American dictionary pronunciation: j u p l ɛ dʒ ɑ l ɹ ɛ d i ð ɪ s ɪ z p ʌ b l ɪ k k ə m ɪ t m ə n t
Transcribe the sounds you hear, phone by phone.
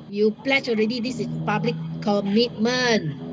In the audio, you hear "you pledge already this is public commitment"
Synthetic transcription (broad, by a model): j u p l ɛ tʃ ɑ l ɹ ɛ d i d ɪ s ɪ s p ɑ b l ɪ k k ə m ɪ t m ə n